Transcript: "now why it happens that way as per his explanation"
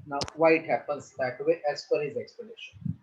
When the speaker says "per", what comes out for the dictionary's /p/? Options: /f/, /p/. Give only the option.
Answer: /f/